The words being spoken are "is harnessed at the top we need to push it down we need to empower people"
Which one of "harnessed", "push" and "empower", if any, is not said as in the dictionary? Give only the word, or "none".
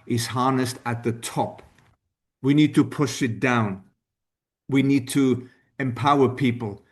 none